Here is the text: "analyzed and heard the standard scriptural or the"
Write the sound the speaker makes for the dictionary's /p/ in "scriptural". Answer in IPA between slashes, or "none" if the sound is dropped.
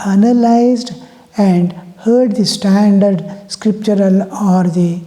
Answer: /p/